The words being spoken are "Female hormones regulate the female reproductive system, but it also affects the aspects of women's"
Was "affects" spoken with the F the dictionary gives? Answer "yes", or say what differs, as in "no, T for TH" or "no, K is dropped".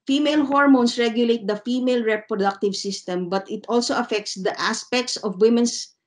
yes